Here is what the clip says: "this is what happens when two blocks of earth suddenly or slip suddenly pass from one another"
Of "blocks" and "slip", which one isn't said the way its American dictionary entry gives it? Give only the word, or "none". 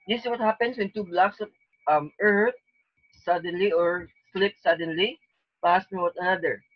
none